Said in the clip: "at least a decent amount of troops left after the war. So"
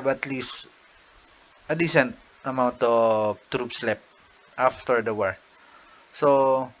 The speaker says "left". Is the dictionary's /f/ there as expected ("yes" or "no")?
no